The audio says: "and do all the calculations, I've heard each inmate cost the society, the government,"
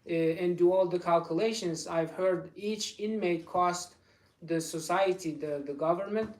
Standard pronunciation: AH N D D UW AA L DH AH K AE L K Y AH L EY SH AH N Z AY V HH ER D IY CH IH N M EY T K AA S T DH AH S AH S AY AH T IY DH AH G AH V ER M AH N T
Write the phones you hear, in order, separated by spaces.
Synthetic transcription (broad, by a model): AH N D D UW AA L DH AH K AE L K Y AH L EY SH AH N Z AY V HH ER D IY CH IH N M EY T K AA S T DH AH S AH S AY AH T IY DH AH G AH V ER M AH N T